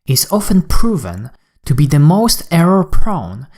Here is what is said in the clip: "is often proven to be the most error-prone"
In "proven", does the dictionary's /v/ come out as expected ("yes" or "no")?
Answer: yes